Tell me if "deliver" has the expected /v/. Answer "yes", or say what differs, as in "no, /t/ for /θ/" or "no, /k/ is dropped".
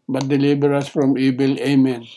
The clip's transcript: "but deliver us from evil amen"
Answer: no, /b/ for /v/